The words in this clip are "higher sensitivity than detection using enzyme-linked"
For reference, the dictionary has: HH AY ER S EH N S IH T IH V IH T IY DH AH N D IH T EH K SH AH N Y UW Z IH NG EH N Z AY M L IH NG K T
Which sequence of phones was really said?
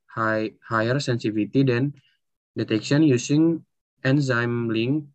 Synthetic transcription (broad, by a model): HH AY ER S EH N S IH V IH T IY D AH N D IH T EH K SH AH N Y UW S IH NG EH N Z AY M L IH NG